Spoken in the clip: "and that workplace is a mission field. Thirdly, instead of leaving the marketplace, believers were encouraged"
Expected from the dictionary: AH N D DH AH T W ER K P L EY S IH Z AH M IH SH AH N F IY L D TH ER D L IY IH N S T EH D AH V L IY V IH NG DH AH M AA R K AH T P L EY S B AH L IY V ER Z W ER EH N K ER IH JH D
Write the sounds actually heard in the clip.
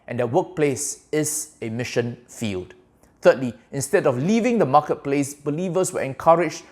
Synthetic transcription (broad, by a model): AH N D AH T W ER K P L EY S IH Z AH M IH SH AH N F IY L D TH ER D L IY IH N S T EH D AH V L IY V IH NG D AH M AA K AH T P L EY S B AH L IY V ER S W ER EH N K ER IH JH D